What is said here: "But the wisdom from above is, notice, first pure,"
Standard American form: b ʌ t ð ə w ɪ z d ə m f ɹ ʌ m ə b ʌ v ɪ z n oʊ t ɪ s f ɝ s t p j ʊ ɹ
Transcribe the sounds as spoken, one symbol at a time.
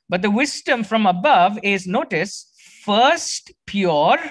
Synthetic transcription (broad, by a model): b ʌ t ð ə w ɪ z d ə m f ɹ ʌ m ə b ʌ v ɪ z n oʊ t ɪ s f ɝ s t p j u ɹ